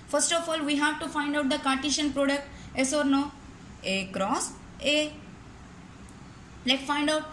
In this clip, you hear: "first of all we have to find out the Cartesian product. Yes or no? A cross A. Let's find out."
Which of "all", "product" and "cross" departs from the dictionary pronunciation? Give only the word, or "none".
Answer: none